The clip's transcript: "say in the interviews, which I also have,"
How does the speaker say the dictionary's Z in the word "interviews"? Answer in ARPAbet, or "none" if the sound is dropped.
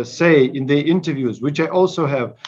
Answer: Z